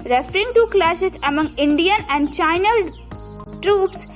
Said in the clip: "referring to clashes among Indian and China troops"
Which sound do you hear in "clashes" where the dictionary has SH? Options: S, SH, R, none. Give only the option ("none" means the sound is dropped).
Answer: S